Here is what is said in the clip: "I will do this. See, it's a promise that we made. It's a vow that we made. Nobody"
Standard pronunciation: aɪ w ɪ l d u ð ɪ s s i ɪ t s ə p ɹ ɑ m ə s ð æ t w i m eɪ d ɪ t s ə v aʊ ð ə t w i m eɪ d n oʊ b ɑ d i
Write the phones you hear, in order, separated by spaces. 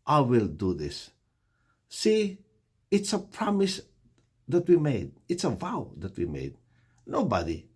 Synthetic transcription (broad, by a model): aɪ w ɪ l d u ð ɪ s s i ɪ t s ə p ɹ ɑ m ə s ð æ t w i m eɪ d ɪ t s ə v aʊ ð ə t w i m eɪ d n oʊ b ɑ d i